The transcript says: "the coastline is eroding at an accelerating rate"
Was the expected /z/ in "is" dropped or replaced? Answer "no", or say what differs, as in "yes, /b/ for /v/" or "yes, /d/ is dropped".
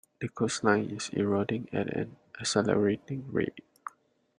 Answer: yes, /s/ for /z/